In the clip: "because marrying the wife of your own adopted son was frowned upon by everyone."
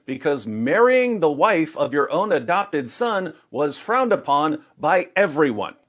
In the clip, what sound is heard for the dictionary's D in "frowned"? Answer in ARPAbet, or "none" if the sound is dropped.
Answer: D